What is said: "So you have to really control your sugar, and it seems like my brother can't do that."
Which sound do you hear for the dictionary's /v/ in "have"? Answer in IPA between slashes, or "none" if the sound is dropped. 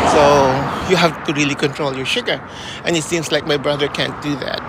/f/